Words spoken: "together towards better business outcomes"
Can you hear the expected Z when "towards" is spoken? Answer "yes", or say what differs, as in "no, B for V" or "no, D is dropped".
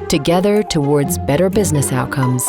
yes